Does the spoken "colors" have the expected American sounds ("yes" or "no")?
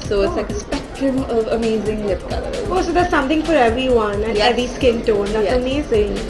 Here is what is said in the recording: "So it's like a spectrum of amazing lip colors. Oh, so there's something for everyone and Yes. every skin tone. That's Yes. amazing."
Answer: no